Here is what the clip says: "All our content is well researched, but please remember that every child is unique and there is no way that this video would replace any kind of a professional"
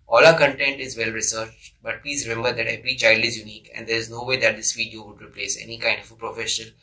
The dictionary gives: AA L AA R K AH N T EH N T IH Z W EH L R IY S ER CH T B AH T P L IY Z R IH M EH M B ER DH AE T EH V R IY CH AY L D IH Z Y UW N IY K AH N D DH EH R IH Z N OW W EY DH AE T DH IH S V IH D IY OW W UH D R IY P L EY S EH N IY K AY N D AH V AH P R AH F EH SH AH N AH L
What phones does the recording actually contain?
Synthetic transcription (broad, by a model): AA L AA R K AH N T EH N T IH Z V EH L R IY S ER CH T B AH T P L IY Z R IH M EH M B ER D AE T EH P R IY CH AY L D IH Z Y UW N IY K AH N D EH R IH Z N OW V EY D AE T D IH S V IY D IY OW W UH D R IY P L EY S EH N IY K AY N D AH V AH P R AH F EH SH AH N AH L